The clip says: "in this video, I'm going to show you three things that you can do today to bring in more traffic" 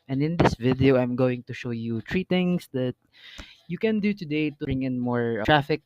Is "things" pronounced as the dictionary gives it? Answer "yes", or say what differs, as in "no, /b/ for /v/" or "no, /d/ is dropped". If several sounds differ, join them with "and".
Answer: no, /t/ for /θ/